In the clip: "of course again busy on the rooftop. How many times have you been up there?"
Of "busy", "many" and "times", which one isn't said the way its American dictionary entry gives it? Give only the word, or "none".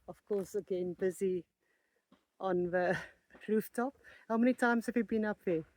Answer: none